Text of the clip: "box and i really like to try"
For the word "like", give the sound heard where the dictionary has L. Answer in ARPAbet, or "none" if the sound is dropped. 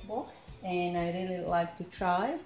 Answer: L